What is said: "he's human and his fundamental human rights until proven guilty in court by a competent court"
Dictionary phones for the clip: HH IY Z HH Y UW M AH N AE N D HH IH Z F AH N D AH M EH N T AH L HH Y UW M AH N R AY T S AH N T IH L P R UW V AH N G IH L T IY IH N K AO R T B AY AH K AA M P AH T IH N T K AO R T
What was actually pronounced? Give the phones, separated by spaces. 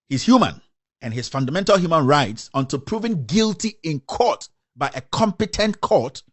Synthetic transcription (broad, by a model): HH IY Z HH Y UW M AH N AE N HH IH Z F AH N D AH M EH N T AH L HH Y UW M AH N R AY T S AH N T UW P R UW V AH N G IH L T IY IH N K AO T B AY AH K AA M P AH T IH N T K AO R T